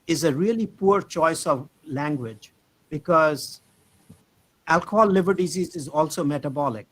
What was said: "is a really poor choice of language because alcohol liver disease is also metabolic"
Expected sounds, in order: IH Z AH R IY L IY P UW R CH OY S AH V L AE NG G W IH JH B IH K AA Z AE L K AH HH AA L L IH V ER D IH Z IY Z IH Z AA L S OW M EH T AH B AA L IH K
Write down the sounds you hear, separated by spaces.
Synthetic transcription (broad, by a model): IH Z AH R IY L IY P UW R CH OY S AH V L AE NG G W IH JH B IH K AA Z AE L K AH HH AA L L IH V ER D IH Z IY Z IH Z AA L S OW M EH T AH B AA L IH K